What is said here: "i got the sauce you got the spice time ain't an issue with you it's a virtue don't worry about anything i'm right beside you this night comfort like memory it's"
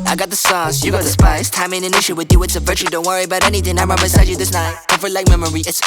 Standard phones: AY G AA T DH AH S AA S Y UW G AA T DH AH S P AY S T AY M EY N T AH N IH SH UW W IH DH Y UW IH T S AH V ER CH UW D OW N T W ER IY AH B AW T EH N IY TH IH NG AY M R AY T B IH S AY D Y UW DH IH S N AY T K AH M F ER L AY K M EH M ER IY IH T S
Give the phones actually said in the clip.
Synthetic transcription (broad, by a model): AY G AA T DH AH S AA S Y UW G AA T DH AH S P AY S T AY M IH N AH N IH SH UW W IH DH Y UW IH T S AH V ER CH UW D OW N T W ER IY AH B AW T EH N IY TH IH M AY M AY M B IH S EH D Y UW DH IH S N AY T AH F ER L AY K M EH M ER IY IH T S